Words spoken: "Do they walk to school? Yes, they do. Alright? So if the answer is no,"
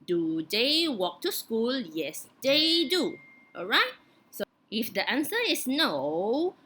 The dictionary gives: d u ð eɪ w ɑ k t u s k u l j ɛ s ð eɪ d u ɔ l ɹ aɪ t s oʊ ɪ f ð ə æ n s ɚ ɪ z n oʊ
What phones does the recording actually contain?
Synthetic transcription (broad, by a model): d u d eɪ w ɑ k t u s k u l j ɛ s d eɪ d u ɔ l ɹ aɪ t s oʊ ɪ f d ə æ n s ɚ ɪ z n oʊ